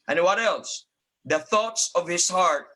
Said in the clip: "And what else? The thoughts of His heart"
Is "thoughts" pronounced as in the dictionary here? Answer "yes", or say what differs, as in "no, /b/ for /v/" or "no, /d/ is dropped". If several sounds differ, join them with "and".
yes